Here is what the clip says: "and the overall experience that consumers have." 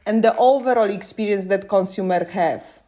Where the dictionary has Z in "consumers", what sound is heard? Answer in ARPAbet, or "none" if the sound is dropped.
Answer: none